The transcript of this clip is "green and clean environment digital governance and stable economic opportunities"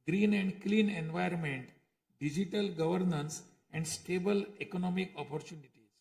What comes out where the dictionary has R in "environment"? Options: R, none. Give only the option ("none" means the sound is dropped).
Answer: none